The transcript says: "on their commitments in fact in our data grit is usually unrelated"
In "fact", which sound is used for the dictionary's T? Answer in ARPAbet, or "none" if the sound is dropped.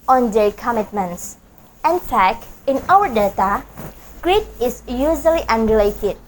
none